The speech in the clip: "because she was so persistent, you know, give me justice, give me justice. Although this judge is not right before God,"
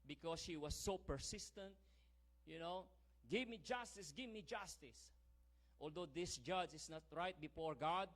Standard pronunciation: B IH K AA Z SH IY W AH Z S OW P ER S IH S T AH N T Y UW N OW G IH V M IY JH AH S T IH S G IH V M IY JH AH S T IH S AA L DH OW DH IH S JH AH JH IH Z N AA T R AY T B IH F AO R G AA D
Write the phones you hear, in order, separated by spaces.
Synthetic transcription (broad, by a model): B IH K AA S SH IY W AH S OW P ER S IH S T AH N T Y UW N OW G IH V M IY JH AH S T IH S G IH V M IY JH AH S T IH S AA L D OW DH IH S JH AH JH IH S N AA T R AY T B IH F AO R G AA D